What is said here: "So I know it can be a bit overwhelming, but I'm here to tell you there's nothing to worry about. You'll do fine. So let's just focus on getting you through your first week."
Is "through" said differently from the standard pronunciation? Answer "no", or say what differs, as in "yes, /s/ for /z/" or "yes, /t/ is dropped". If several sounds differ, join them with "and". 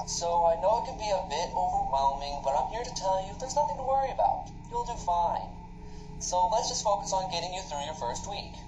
no